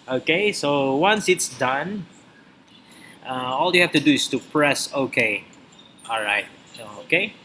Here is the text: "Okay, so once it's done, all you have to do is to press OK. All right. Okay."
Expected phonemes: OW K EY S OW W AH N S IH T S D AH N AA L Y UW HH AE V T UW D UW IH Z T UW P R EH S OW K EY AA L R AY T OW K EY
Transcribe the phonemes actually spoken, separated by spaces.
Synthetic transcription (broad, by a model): OW K EY S OW W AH N S IH T S D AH N AA L Y UW HH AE F T UW D UW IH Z T UW P R EH S OW K EY AA L R AY T OW K EY